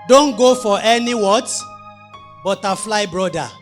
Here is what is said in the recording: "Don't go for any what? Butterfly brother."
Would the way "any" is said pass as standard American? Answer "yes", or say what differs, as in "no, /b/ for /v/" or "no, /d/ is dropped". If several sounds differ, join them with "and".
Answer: yes